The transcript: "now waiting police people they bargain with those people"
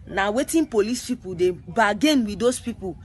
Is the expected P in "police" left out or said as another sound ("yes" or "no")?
no